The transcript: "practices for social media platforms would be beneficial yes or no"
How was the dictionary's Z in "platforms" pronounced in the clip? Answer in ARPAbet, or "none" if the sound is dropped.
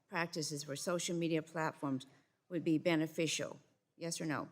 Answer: Z